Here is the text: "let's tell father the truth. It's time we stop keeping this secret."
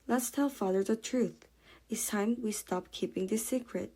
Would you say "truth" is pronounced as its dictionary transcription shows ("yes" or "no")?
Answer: yes